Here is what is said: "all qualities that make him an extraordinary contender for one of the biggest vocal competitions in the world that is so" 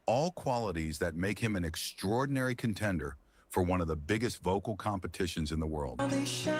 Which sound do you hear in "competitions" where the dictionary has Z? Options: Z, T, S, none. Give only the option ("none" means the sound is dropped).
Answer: Z